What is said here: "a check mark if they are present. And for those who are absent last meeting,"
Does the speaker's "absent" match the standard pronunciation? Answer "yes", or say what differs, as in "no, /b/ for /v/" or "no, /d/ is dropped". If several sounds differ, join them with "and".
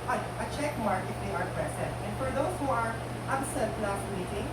no, /n/ is dropped